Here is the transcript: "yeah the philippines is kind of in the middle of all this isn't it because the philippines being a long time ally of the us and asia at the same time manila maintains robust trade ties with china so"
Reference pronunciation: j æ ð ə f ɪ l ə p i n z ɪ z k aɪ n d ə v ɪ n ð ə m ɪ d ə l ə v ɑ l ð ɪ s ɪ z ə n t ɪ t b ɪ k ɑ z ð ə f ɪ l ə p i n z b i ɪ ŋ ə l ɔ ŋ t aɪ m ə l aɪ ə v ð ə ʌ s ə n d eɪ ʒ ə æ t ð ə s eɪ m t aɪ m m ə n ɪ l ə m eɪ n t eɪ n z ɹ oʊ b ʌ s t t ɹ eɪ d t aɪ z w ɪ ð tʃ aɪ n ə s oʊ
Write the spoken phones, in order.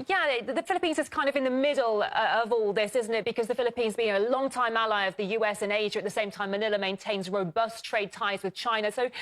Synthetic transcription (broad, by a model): j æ ð ə f ɪ l ə p i n z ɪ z k aɪ n d ə v ɪ n ð ə m ɪ d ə ə v ɑ l ð ɪ s ɪ z n t ɪ t b ɪ k ɑ z ð ə f ɪ l ə p i n z b i ɪ ŋ ə l ɔ ŋ t aɪ m ə l aɪ ə v ð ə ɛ s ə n eɪ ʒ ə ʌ t ð ə s eɪ m t aɪ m m ə n ɪ l ə m eɪ n t eɪ n z ɹ oʊ b ʌ s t t ɹ eɪ d t aɪ z w ɪ ð tʃ aɪ n ə s oʊ